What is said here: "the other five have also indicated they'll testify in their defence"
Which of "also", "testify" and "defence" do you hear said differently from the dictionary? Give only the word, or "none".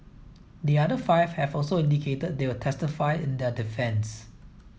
none